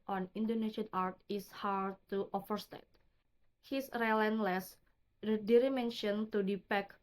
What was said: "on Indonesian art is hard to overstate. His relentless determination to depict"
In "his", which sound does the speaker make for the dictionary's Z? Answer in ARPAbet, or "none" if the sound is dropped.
S